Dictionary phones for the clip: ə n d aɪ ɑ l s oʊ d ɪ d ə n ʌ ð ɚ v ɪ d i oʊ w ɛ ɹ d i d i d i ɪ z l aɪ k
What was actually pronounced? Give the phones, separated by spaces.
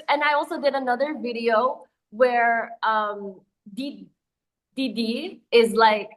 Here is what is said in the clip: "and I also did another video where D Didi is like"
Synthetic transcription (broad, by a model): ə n aɪ ɑ l s oʊ d ɪ d ə n ʌ ð ɚ v ɪ d i oʊ w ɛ ɹ d i d i d i ɪ z l aɪ k